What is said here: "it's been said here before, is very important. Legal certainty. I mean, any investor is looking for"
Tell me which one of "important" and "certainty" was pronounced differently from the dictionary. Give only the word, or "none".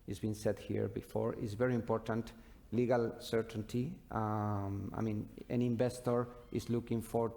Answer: none